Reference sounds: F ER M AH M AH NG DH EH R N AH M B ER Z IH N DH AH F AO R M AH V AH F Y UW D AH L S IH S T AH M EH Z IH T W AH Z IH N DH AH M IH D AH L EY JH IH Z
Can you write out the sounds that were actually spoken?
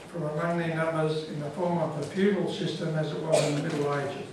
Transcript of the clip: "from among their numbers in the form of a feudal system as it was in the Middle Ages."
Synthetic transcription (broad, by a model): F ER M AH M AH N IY N AH M B ER Z IH N DH AH F AO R M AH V AH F Y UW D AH L S IH S T AH M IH Z IH T W AH Z IH N DH AH M IH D L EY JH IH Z